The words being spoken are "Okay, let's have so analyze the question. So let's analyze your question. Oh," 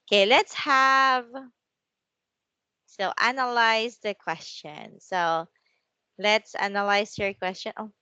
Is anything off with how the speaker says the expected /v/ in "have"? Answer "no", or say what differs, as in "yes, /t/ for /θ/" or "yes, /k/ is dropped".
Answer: no